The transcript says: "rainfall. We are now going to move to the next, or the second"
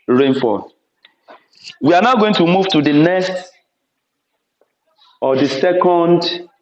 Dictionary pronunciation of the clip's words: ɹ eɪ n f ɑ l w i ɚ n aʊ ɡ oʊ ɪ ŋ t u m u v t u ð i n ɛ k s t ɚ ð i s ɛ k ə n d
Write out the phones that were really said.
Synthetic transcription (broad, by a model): ɹ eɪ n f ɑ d w i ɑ n aʊ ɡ oʊ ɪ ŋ t u m u v t u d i n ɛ s t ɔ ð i s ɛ k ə n d